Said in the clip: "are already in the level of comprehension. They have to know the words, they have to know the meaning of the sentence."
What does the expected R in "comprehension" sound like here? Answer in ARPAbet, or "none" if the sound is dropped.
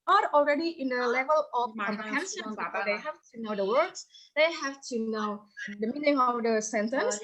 none